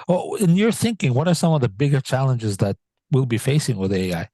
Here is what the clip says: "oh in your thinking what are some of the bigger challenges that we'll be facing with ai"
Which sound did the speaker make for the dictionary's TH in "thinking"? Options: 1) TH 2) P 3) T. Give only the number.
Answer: 1